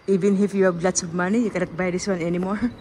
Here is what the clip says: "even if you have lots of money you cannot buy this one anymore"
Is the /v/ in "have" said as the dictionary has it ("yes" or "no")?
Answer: no